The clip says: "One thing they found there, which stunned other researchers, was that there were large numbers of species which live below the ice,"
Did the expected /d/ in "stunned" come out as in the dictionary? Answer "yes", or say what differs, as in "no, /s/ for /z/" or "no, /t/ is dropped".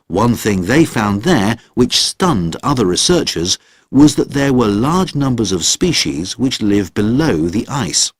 yes